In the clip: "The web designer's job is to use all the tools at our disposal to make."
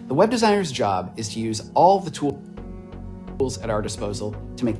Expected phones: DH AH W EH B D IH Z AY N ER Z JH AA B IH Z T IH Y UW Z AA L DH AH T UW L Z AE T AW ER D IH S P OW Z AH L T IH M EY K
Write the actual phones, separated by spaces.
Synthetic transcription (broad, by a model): DH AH W EH B D IH Z AY N ER Z JH AA B IH Z T IH Y UW Z AA L DH AH T UW L Z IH T AW ER D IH S P OW Z L T IH M EY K